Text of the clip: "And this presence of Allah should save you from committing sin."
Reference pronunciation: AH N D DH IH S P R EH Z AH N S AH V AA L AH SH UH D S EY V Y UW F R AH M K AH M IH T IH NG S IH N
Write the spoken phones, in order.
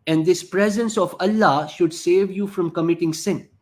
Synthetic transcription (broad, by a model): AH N D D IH S P R EH Z AH N S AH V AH L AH SH UH D S EY V Y UW F R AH M K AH M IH T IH NG S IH N